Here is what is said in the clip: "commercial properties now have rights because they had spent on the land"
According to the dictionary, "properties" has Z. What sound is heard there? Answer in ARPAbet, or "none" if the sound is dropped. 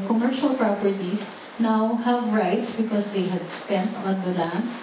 S